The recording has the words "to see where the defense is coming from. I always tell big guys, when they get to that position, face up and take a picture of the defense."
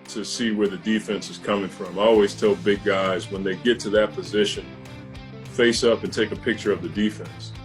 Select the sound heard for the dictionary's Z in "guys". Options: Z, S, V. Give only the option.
Z